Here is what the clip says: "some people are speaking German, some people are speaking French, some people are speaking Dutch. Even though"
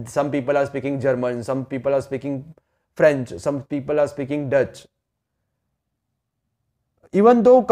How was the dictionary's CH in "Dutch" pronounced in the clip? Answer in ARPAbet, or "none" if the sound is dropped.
CH